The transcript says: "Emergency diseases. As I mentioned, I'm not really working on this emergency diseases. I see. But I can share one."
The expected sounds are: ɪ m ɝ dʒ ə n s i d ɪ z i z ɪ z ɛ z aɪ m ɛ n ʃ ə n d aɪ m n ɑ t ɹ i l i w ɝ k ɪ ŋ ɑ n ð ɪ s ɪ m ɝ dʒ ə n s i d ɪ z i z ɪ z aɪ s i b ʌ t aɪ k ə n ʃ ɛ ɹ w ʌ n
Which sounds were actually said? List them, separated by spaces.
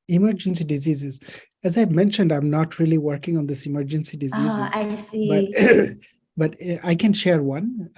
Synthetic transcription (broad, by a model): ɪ m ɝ dʒ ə n s i d ɪ z i z ɪ z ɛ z aɪ m ɛ n ʃ ə n d aɪ m n ɑ t ɹ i l i w ɝ k ɪ ŋ ɑ n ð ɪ s ɪ m ɝ dʒ ə n s i d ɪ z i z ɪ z aɪ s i b ʌ t aɪ k ə n ʃ ɛ ɹ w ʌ n